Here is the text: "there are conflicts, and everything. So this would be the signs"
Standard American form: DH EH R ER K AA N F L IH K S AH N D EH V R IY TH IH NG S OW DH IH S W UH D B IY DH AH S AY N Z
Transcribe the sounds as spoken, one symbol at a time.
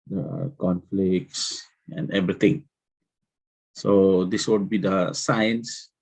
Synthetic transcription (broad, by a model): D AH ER K AA N F L IH K S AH N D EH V R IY T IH NG S OW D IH S W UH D B IY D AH S AY N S